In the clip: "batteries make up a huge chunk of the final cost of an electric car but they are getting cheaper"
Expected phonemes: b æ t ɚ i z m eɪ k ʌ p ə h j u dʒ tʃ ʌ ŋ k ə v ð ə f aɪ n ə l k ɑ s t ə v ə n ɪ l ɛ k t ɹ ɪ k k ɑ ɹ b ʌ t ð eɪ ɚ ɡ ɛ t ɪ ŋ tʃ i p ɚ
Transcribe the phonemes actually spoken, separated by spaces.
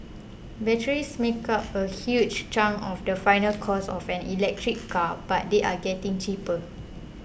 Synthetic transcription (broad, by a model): b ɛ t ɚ i s m eɪ k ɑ p ə h j u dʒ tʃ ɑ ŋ ə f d ə f aɪ n ə l k ɑ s ə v ə n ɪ l ɛ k t ɹ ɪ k k ɑ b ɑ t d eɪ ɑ ɡ ɛ t ɪ ŋ tʃ i p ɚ